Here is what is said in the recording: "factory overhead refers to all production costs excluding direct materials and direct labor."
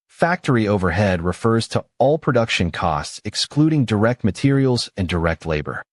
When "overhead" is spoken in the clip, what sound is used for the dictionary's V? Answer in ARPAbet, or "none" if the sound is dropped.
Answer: V